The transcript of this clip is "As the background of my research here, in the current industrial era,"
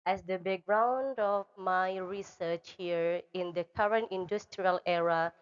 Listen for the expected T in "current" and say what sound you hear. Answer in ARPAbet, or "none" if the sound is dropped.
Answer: T